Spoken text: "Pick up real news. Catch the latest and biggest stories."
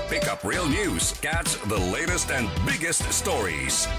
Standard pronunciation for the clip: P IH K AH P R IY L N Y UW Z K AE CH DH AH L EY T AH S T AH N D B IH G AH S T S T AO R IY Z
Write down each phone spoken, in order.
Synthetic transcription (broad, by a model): P IH K AH P R IY L N Y UW Z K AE S DH AH L EY T AH S T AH N B IH G AH S T S T AO R IY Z